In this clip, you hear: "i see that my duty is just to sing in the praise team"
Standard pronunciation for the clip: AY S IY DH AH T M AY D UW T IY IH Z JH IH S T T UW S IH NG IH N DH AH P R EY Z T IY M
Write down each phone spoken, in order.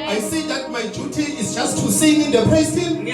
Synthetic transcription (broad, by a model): AY S IY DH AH T M AY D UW T IY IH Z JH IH S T T UW S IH NG IH N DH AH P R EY S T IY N